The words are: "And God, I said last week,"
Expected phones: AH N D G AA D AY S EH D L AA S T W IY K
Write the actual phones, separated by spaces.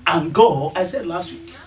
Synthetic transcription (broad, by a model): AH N G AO AY S EH D L AA S T W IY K